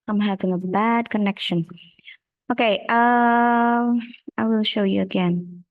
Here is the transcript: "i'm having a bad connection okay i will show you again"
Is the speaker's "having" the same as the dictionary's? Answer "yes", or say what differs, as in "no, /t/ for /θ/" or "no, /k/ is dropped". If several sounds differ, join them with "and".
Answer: yes